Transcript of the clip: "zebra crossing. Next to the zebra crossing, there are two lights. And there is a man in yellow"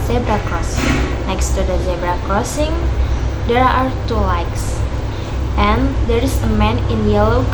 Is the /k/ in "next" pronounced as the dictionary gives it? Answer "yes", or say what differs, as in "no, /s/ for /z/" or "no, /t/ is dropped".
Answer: yes